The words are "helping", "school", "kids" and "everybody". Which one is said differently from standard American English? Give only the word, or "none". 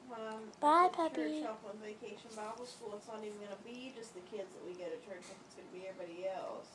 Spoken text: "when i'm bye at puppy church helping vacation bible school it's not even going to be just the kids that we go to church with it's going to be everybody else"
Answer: helping